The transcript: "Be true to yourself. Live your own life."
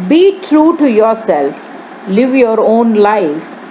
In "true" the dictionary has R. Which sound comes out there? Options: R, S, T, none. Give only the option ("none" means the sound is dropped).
R